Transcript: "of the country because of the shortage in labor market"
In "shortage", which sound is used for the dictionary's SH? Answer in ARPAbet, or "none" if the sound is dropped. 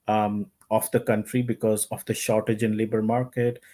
SH